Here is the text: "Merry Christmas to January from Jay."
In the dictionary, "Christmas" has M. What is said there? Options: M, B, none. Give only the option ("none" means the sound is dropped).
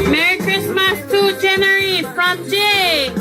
M